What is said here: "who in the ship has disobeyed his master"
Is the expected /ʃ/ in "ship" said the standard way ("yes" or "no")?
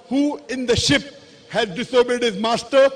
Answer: yes